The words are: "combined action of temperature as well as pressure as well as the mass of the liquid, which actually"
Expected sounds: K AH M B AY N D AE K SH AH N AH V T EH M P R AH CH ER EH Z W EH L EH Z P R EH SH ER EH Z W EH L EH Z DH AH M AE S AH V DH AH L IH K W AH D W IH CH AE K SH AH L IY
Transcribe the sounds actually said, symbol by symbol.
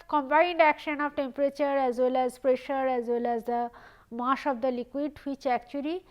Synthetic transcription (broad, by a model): K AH M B AY N D AE K SH AH N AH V T EH M P R AH CH ER EH Z W EH L EH Z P R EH SH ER EH Z W EH L EH Z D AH M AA SH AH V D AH L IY K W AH D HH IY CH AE K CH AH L IY